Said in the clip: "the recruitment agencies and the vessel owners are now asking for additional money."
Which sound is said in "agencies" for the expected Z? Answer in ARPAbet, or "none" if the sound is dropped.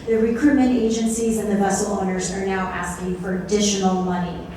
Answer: Z